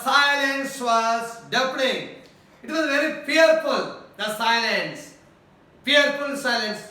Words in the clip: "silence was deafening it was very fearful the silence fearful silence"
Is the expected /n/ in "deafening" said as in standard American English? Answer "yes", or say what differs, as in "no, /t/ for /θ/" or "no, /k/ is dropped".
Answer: no, /l/ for /n/